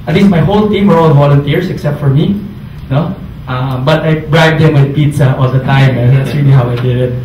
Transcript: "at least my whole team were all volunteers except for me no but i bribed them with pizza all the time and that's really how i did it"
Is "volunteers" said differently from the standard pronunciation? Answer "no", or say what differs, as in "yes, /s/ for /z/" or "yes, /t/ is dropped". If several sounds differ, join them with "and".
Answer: yes, /s/ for /z/